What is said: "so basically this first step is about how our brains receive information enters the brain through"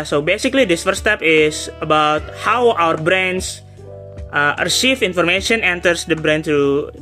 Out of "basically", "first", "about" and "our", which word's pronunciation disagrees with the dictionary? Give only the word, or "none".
first